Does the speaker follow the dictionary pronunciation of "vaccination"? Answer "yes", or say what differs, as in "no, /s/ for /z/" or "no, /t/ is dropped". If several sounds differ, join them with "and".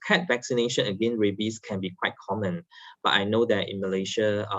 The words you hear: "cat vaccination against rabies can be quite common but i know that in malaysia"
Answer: yes